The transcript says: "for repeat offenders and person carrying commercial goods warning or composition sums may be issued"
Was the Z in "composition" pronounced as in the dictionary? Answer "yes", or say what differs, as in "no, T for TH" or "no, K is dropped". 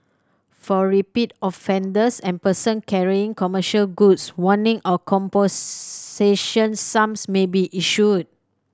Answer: no, S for Z